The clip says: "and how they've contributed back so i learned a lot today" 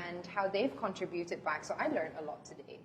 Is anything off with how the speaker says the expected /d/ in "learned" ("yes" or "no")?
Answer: yes